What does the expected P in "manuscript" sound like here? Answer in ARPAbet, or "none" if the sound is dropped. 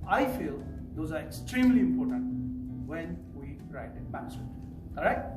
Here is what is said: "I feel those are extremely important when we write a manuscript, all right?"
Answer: none